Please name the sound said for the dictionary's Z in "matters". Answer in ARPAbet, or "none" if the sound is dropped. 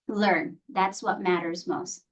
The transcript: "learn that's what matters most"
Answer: Z